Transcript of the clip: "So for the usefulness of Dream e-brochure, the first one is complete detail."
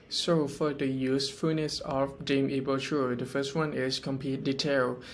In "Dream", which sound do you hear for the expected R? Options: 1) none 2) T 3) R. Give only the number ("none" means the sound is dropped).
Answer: 1